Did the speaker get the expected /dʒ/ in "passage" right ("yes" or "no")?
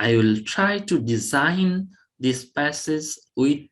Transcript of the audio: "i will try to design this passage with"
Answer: no